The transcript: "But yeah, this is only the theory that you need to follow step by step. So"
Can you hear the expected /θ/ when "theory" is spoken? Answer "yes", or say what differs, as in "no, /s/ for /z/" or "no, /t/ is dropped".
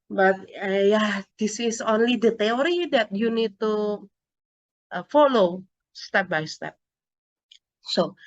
no, /t/ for /θ/